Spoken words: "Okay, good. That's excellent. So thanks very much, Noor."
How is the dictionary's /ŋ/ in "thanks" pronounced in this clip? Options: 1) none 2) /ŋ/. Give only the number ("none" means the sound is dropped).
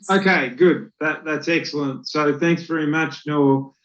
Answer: 2